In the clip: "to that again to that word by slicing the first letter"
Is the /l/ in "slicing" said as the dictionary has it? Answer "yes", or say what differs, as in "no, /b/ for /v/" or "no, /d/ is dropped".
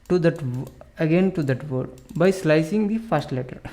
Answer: yes